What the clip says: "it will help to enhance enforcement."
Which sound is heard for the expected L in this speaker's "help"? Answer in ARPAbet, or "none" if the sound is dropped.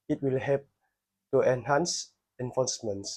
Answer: none